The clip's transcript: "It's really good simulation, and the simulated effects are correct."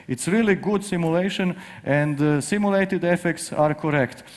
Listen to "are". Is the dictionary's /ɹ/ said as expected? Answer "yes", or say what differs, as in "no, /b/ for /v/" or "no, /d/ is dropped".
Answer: yes